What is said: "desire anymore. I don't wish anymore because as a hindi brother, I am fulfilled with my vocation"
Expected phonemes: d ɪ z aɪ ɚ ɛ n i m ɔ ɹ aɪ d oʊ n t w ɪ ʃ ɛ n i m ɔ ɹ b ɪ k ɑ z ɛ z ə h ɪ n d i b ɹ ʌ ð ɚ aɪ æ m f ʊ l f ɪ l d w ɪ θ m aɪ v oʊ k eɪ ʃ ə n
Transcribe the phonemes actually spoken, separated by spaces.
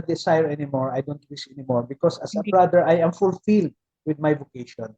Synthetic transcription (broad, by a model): d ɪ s aɪ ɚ ɛ n i m ɔ ɹ aɪ d oʊ n t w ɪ s ɛ n i m ɔ ɹ b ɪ k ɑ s ə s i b ɹ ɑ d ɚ aɪ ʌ m f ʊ l f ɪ l d w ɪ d m aɪ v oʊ k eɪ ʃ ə n